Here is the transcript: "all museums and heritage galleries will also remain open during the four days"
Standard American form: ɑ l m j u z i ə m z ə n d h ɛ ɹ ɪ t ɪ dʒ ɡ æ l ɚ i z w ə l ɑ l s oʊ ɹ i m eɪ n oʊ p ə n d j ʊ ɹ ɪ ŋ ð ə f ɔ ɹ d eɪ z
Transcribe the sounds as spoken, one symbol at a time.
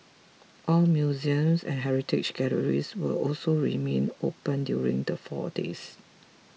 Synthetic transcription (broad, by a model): ɑ l m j u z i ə m s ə n h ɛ ɹ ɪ t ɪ ʃ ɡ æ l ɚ i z w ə ɑ l s oʊ ɹ i m eɪ n oʊ p ə n d j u ɹ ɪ ŋ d ə f ɔ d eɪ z